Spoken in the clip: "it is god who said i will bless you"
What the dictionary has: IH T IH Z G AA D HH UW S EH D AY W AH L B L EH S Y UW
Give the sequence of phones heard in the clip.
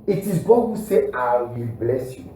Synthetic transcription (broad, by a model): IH T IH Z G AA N HH UW S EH AY W AH L B L EH S Y UW